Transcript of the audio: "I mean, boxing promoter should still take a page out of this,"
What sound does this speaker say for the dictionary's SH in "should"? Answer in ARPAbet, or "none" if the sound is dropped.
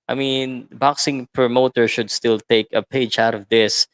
SH